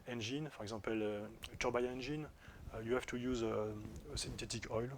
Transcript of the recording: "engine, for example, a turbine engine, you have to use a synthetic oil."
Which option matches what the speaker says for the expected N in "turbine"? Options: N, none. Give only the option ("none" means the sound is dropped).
none